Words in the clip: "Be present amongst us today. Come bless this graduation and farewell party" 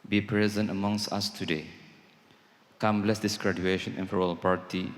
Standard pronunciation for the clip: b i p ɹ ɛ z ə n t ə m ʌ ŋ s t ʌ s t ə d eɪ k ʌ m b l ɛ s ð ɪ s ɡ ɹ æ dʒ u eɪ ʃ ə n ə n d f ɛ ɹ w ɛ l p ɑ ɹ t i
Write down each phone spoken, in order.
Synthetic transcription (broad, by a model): b i p ɹ ɛ z ə n t ə m ʌ ŋ s t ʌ s t ə d eɪ k ʌ m b l ɛ s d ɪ s ɡ ɹ æ dʒ u eɪ ʃ ə n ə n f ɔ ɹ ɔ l p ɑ ɹ t i